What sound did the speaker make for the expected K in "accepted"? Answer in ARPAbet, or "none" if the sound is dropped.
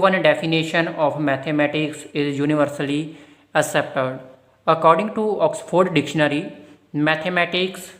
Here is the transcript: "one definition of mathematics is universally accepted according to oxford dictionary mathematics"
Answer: none